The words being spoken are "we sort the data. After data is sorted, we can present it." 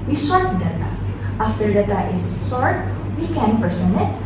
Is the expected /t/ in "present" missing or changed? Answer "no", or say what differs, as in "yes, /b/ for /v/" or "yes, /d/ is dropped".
yes, /t/ is dropped